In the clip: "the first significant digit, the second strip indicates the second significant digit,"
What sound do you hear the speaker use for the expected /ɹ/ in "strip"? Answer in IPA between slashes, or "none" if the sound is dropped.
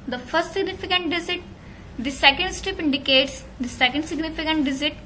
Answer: none